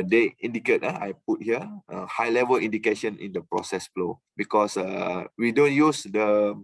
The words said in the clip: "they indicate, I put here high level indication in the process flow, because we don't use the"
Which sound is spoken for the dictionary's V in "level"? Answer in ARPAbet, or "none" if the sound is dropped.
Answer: V